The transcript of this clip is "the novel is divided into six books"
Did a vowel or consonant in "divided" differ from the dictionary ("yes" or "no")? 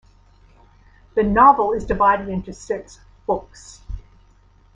no